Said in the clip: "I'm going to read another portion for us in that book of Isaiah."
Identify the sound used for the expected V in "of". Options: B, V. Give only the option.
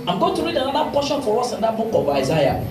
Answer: B